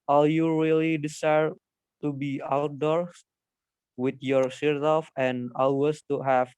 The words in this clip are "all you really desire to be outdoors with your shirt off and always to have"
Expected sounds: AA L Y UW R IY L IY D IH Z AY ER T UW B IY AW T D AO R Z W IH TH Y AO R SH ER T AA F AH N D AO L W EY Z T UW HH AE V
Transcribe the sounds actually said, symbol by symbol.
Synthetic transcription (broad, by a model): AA L Y UW R IY L IY D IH S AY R T UW B IY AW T D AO R S W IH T Y AO R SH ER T AA F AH N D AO L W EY S T UW HH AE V